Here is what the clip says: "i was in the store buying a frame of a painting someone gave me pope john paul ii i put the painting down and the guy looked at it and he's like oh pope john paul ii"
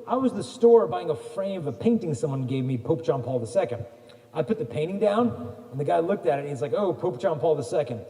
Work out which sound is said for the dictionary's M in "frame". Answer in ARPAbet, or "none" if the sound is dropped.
none